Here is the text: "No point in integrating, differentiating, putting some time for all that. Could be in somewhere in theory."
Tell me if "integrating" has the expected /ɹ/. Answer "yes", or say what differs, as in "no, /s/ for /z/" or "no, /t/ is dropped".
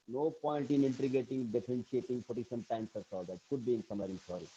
no, /ɹ/ is dropped